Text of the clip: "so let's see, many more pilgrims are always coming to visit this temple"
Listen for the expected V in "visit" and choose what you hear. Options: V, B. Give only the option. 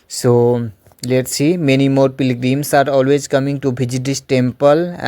B